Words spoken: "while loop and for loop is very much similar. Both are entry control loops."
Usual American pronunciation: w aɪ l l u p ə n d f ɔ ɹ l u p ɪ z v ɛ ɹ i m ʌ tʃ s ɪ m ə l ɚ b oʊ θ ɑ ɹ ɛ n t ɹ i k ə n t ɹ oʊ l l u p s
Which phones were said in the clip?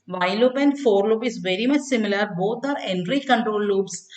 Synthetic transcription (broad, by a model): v aɪ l l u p ə n d f ɔ ɹ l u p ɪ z v ɛ ɹ i m ʌ tʃ s ɪ m ə l ɚ b oʊ t ɑ ɹ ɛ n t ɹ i k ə n t ɹ oʊ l l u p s